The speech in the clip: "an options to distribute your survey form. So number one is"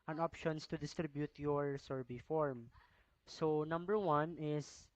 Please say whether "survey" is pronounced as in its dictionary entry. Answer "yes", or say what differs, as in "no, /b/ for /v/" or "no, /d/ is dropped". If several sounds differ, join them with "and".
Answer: no, /b/ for /v/